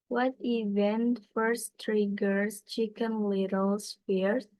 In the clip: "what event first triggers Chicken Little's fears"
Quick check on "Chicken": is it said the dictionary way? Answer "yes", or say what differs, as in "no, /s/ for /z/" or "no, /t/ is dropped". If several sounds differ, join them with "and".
yes